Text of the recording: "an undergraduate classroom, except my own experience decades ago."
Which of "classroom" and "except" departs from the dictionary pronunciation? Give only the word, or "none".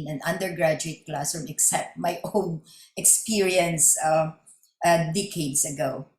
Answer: classroom